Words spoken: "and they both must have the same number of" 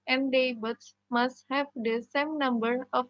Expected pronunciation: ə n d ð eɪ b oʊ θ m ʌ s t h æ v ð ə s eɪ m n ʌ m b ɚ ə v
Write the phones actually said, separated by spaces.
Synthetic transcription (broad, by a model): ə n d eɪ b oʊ s m ʌ s t h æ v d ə s eɪ m n ʌ m b ɚ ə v